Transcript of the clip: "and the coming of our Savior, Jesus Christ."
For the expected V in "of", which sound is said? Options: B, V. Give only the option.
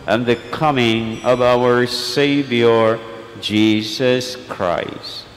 V